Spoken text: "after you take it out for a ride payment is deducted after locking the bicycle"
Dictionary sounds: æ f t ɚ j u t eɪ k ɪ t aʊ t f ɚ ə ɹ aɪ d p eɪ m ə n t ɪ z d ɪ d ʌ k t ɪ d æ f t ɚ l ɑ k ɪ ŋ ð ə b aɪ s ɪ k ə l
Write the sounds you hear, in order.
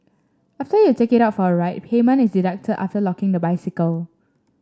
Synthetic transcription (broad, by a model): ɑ f t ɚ j u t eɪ k ɪ t aʊ t f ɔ ə ɹ aɪ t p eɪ m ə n ɪ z d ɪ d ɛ k t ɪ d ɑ f t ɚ l ɑ k ɪ ŋ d ə b aɪ s ɪ k ə l